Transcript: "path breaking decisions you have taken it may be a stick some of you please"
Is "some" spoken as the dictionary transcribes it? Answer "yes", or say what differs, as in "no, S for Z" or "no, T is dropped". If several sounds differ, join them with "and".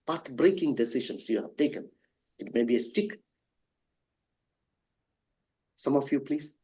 yes